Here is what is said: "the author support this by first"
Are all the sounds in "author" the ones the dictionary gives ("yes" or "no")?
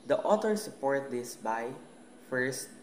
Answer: no